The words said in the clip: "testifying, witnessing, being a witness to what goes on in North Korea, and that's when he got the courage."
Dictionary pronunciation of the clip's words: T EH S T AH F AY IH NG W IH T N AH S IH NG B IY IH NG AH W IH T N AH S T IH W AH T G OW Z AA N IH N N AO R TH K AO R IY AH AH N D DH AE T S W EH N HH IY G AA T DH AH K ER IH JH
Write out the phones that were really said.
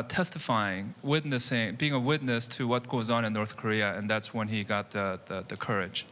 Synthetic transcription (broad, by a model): T EH S T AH F AY IH NG W IH T N AH S IH NG B IY IH NG AH W IH T N AH S T IH W AH T G OW Z N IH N N AO R TH K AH R IY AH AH N DH AE T S W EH N IY G AA T DH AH K ER IH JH